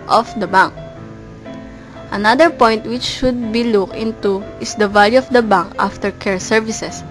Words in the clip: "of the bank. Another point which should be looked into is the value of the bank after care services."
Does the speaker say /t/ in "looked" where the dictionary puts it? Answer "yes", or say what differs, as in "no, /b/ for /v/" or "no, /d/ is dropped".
no, /t/ is dropped